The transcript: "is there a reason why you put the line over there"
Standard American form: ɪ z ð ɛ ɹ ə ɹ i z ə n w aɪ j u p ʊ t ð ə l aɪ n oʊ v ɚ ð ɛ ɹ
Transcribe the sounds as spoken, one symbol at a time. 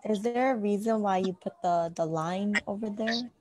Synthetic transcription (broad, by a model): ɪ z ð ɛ ɹ ə ɹ i z ə n w aɪ j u p ʊ t ð ə l aɪ n oʊ v ɚ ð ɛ ɹ